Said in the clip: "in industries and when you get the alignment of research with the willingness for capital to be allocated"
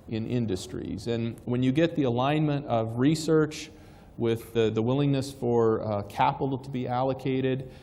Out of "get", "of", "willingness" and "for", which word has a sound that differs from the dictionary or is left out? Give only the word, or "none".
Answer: none